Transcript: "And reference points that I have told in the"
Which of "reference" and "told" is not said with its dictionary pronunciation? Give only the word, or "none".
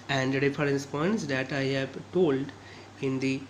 reference